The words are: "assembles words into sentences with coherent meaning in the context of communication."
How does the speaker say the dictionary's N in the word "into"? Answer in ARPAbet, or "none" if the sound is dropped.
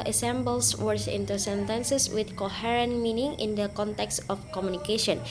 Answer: N